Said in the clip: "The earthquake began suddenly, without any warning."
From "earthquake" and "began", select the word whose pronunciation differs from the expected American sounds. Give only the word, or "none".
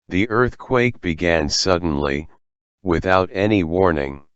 none